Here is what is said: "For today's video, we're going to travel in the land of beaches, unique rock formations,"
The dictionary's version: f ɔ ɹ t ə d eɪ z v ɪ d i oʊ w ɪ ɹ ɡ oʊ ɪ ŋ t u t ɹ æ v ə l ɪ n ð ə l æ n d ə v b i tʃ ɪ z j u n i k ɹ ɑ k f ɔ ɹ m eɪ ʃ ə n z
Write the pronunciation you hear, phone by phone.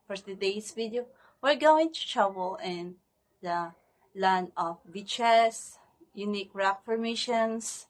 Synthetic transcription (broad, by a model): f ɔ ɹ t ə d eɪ s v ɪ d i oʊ w ɪ ɹ ɡ oʊ ɪ ŋ t u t ɹ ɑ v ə l ɪ n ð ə l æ n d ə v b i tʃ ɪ s j u n i k ɹ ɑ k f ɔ ɹ m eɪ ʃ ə n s